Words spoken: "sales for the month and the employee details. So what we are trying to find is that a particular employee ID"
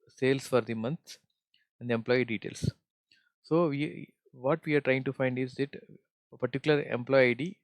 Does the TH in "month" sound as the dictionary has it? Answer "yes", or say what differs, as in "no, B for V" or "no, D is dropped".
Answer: no, S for TH